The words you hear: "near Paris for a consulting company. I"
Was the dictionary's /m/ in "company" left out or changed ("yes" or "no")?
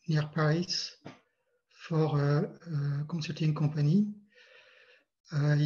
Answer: yes